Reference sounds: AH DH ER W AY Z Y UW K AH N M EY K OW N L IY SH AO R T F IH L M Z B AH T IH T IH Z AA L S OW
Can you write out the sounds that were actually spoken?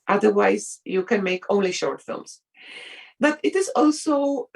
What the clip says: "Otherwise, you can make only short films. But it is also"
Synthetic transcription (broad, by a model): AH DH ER W AY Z Y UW K AH N M EY K OW N L IY SH AO R T F IH L M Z B AH T IH T IH Z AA L S OW